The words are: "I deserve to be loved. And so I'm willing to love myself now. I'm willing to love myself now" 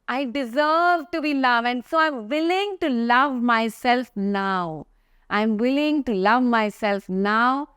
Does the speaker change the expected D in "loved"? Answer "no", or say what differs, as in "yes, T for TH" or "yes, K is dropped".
yes, D is dropped